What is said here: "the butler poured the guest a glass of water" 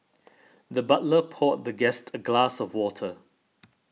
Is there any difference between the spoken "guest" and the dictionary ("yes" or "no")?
no